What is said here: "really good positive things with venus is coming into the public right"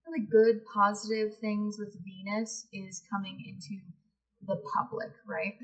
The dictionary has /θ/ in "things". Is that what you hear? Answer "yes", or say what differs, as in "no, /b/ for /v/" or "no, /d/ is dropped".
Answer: yes